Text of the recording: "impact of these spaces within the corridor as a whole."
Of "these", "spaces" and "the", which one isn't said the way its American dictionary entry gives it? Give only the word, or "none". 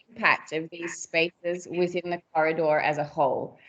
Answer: none